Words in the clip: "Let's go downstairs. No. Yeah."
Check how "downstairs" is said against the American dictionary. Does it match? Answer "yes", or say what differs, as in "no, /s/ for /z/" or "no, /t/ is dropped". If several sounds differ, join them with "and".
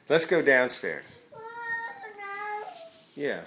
yes